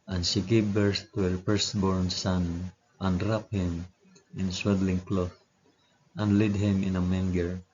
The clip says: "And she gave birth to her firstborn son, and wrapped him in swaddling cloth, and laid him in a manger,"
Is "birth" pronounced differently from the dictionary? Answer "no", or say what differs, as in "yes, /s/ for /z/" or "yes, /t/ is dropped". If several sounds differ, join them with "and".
yes, /s/ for /θ/